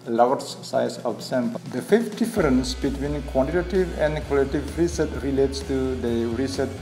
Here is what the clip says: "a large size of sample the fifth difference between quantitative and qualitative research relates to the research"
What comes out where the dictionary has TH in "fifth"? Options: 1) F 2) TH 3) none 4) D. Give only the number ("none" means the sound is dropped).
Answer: 1